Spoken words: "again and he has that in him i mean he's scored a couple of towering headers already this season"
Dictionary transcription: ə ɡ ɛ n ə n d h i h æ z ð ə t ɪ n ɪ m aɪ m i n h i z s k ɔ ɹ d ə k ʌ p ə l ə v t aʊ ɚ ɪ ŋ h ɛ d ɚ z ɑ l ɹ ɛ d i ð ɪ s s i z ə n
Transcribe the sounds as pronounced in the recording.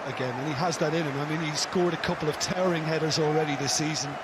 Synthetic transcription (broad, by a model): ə ɡ ɛ n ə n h i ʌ z ð ə t ɪ n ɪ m aɪ m i n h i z s k ɔ ɹ d ə k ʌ p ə l ə v t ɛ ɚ ɪ ŋ h ɛ d ɚ z ɑ l ɹ ɛ d i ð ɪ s s i z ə n